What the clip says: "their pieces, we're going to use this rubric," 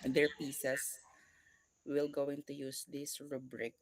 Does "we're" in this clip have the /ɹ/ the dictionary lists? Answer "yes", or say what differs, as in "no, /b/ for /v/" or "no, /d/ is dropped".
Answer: no, /l/ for /ɹ/